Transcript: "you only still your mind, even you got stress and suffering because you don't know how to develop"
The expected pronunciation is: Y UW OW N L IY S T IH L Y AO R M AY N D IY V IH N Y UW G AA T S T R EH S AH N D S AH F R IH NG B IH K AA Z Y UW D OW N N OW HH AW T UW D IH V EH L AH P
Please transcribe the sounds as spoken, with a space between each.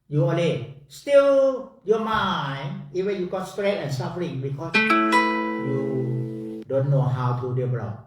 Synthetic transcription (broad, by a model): Y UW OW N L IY S T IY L Y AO M AY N IY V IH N Y UW G AA T S T R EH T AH N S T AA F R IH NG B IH K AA S Y UW D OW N N OW HH AW T UW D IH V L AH